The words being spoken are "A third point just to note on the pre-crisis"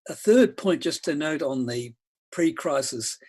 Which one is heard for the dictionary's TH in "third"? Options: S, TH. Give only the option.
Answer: TH